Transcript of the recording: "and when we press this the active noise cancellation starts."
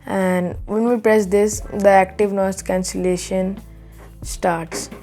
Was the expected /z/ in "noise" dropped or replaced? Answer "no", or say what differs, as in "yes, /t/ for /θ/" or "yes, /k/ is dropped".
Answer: yes, /s/ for /z/